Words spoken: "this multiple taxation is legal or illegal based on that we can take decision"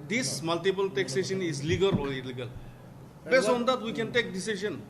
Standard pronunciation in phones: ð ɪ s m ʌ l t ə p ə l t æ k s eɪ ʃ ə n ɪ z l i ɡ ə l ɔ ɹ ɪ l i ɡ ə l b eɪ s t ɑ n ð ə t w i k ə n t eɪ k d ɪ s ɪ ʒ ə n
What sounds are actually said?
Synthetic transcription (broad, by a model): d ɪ s m ʌ l t ə p ə l t æ k s eɪ ʃ ə n ɪ z l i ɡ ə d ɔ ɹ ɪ l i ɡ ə l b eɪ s ɑ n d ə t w i k ə n t eɪ k d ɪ s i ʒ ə n